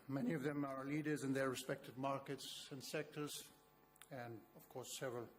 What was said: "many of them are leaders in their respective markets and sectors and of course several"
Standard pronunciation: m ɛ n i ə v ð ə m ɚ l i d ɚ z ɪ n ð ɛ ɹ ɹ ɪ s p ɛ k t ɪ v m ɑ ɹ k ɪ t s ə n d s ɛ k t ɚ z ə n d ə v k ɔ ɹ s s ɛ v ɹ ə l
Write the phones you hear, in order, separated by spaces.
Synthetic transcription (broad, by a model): m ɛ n i ə v ð ə m ɚ l i d ɚ z ɪ n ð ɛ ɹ ɹ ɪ s p ɛ k t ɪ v m ɑ ɹ k ɪ t s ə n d s ɛ k t ɚ z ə n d ə v k ɔ ɹ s s ɛ v ɹ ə l